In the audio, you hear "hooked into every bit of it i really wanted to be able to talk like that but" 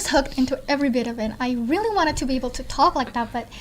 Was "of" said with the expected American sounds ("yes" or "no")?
yes